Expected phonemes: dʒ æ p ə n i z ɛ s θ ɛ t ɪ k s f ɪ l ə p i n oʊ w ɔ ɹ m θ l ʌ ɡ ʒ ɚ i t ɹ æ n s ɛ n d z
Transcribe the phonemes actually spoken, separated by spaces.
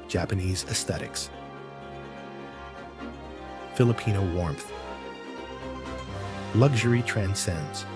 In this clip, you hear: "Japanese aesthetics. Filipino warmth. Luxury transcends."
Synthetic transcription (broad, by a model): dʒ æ p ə n i z ɛ s θ ɛ t ɪ k s f ɪ l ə p i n oʊ w ɔ ɹ m θ l ʌ ɡ ʒ ɚ i t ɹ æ n s ɛ n d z